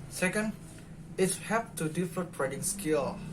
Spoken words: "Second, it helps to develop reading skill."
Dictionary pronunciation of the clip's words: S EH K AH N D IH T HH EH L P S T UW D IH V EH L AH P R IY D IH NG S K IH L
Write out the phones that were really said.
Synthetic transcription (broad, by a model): S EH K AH N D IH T HH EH P T UW D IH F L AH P R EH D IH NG S K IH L